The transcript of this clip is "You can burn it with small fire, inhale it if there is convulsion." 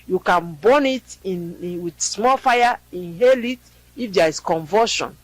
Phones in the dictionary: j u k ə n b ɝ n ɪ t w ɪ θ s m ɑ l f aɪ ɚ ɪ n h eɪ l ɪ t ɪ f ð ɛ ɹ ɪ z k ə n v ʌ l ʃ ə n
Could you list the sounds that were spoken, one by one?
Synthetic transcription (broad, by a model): j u k ə n b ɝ n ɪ t w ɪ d s m ɑ l f aɪ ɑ ɪ n h eɪ l ɪ t ɪ f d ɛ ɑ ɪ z k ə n v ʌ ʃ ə n